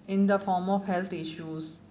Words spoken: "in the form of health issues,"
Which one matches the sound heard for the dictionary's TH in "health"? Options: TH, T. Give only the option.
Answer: T